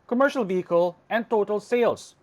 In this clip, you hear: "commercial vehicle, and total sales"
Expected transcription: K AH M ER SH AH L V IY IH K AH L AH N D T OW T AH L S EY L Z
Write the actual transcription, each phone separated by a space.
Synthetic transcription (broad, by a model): K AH M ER SH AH L V IY IH K AH L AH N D T OW T AH L S EY L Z